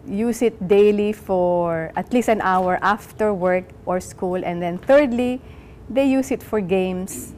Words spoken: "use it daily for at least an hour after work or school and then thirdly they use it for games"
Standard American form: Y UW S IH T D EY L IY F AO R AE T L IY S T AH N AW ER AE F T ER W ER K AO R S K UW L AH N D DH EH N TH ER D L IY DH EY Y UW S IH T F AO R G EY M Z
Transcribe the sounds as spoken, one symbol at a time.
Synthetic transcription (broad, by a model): Y UW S IH T D EY L IY F AO R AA T L IY S T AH N AW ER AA F T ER W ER K AO R S K UW L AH N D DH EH N TH ER D L IY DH EY Y UW S IH T F AO R G EY M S